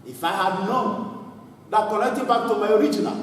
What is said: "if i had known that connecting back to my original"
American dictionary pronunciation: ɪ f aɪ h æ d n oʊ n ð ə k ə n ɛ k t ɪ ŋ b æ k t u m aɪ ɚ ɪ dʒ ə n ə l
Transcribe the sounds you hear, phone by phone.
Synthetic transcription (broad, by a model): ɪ f aɪ h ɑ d n oʊ n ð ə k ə l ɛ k t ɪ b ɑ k t u m aɪ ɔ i dʒ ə n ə l